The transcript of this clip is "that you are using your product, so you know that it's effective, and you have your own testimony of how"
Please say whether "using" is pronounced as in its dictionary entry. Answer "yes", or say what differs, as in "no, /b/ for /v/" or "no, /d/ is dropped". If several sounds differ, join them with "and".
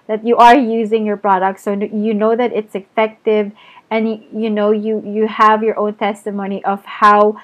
yes